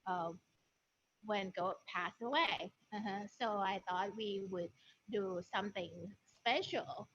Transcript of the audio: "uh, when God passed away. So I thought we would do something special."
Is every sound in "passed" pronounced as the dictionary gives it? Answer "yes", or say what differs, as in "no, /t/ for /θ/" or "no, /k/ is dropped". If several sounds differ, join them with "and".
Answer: no, /t/ is dropped